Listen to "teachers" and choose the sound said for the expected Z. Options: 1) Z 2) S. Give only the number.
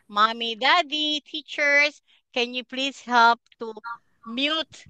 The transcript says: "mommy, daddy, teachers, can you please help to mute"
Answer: 2